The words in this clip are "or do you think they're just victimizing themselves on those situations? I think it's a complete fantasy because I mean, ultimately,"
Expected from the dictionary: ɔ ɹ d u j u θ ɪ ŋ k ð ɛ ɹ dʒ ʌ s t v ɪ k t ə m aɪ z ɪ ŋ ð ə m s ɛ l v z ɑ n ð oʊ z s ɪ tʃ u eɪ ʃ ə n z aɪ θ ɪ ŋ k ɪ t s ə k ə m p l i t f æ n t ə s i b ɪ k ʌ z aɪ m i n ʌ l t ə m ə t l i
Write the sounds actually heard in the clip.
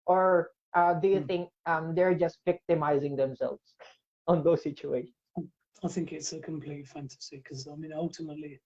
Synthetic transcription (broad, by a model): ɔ ɹ d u j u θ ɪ ŋ k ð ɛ ɹ dʒ ʌ s t v ɪ k t ə m aɪ z ɪ ŋ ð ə m s ɛ l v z ɑ n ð oʊ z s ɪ tʃ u eɪ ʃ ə n aɪ θ ɪ ŋ k ɪ t s ə k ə m p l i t f æ n t ə s i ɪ k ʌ z aɪ m i n ʌ l t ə m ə t l i